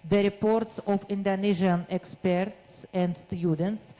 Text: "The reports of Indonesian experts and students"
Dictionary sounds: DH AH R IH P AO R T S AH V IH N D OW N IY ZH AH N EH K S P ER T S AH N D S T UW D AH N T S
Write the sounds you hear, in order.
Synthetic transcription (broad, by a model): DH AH R IH P AO R T S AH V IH N D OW N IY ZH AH N EH K S P ER T S AH N D S T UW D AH N T S